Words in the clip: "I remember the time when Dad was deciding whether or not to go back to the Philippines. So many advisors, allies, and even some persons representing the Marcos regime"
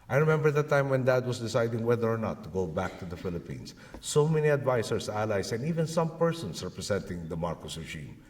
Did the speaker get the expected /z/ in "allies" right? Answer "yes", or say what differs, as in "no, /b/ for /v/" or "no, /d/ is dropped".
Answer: no, /s/ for /z/